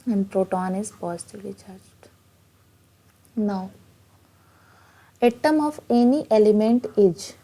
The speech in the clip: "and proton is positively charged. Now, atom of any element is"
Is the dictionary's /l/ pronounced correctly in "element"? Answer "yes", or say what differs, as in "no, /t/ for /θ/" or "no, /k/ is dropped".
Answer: yes